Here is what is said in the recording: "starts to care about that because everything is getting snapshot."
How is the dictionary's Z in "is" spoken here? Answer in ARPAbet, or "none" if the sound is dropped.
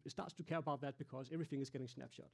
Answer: Z